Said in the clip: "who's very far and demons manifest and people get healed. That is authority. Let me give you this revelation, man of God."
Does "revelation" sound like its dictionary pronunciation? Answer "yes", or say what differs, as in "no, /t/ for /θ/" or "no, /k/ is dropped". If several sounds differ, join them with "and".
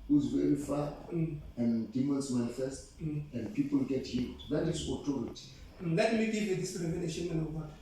no, /n/ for /l/